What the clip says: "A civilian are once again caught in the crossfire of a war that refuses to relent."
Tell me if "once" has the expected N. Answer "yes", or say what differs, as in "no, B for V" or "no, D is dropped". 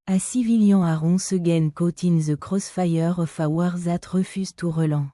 no, N is dropped